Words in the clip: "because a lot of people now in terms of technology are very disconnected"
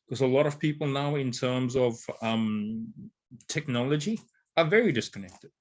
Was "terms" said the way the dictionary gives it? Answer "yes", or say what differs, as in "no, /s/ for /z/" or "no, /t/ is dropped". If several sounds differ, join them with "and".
yes